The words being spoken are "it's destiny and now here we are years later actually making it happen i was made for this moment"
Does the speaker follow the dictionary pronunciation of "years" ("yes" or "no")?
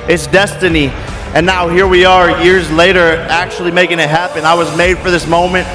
yes